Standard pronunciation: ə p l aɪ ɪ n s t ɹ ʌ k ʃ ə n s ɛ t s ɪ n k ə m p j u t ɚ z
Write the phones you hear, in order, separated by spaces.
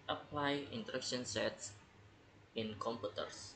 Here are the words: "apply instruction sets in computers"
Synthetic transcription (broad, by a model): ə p l aɪ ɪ n t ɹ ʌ k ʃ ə n s ɛ t s ɪ n k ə m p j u t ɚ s